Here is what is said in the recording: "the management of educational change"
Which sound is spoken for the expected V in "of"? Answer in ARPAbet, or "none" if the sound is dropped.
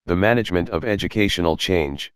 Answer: V